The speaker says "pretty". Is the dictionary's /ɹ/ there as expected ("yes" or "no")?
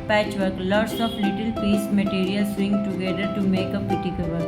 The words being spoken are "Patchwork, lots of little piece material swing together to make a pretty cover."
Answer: no